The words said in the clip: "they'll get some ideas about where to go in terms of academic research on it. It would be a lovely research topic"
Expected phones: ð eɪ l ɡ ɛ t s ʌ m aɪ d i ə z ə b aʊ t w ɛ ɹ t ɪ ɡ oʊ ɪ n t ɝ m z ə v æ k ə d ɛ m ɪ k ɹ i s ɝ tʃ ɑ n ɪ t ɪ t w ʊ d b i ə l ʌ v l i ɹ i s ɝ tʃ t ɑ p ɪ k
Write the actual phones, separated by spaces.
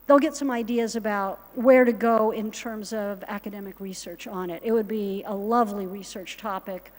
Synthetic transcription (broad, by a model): ð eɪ l ɡ ɛ t s ʌ m aɪ d i ə z ə b aʊ t w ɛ ɹ t ɪ ɡ oʊ ɪ n t ɝ m z ə v æ k ə d ɛ m ɪ k ɹ i s ɝ tʃ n ɪ t ɪ t w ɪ d b i ə l ʌ v l i ɹ i s ɝ tʃ t ɑ p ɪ k